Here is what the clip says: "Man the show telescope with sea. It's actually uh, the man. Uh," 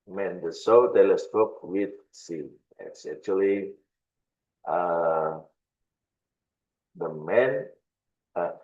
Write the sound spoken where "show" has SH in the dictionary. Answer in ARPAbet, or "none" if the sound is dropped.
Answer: S